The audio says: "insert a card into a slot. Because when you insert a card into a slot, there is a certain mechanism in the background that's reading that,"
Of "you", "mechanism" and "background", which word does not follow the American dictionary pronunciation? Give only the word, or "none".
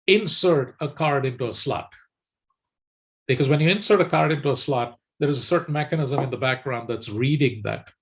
none